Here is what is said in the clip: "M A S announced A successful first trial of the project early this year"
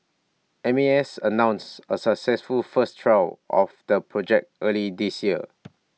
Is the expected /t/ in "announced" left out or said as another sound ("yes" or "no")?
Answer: yes